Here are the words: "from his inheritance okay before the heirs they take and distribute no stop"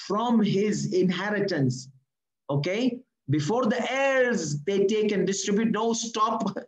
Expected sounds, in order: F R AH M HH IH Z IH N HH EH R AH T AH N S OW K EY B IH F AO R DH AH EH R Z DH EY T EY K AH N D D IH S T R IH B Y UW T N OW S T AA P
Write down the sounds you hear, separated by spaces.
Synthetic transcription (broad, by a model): F R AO M HH IH Z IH N HH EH R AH T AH N S OW K EY B IH F AO R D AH EH R Z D EY T EY K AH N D D IH S T R IH B Y UW T N OW S T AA P